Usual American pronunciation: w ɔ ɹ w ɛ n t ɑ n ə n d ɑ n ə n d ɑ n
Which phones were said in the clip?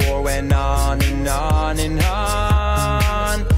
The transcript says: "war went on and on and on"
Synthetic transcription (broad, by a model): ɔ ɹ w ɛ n ɑ n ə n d ɑ n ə n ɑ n